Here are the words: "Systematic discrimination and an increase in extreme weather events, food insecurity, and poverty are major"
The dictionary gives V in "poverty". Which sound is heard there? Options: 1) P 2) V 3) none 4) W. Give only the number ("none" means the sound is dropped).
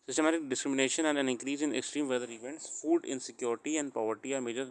2